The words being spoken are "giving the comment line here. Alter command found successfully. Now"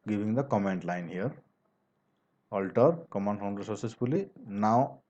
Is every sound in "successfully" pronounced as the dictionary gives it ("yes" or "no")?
no